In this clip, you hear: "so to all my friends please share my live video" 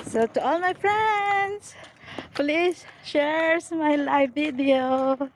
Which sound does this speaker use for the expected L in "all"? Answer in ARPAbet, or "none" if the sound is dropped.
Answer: L